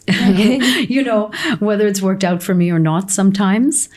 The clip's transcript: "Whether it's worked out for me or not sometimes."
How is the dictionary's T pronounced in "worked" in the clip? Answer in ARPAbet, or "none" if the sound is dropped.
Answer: T